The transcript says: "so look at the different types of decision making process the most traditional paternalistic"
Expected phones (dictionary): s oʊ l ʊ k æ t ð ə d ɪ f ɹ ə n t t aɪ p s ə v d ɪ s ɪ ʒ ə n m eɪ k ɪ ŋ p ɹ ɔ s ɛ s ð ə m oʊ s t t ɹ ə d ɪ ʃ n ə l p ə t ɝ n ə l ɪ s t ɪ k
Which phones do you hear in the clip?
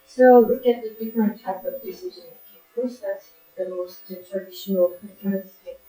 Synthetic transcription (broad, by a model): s oʊ l ʊ k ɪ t ð ə d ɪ f ɹ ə n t t aɪ p ə v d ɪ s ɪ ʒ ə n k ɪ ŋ p ɹ ɔ s ɛ s ð ə m oʊ s t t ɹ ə d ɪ ʃ n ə l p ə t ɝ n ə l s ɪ